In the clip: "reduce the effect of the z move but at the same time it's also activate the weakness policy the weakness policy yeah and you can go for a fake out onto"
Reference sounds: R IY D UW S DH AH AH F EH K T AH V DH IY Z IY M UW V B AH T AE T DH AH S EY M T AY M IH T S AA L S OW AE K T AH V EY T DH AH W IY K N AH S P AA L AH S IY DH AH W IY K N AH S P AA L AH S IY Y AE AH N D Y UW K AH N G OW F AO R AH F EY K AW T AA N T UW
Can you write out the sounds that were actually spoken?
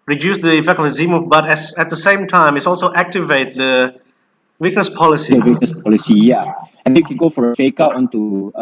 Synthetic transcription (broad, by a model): R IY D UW S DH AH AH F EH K AH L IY Z IY M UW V B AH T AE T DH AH S EY M T AY M IH T S AA L S OW AE K T AH V EY T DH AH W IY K N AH S P AA L AH S IY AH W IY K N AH S P AA L AH S IY Y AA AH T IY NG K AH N G OW F AO R AH F EY K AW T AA N T UW